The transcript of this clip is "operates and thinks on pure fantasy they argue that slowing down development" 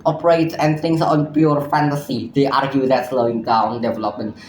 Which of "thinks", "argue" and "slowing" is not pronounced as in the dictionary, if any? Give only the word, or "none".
thinks